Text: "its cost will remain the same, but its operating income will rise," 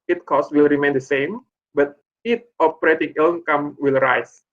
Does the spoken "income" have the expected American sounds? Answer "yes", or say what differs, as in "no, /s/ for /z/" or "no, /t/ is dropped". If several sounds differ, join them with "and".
no, /l/ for /n/